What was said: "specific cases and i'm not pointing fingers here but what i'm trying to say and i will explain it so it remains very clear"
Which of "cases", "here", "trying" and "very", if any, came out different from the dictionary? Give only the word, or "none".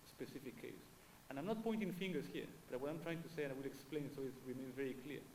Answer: cases